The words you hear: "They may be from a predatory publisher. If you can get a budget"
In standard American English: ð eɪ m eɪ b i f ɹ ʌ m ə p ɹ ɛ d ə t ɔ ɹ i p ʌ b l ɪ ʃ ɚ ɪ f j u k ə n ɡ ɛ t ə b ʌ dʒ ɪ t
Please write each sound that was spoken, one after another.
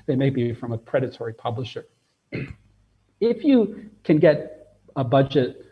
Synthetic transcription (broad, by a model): ð eɪ m eɪ b i f ɹ ʌ m ə p ɹ ɛ d ə t ɔ ɹ i p ʌ b l ɪ ʃ ɚ ɪ f j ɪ k ə n ɡ ɛ t ə b ʌ dʒ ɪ t